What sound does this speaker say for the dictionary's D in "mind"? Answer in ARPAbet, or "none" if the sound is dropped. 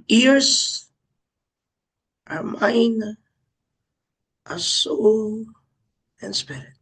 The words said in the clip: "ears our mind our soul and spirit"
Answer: none